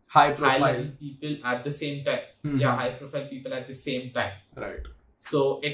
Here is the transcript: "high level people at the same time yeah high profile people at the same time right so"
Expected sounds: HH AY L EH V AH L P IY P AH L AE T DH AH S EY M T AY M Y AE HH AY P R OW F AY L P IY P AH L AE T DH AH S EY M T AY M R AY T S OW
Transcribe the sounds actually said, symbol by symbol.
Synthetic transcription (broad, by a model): HH AY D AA AH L P IY P AH L AE T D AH S EY M T AY M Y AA HH AY P R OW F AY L P IY P AH L AE T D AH S EY M T AY M R AY T S OW